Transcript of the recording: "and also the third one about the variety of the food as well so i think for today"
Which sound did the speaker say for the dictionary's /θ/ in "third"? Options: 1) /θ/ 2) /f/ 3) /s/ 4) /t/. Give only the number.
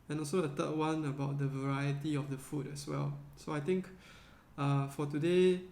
4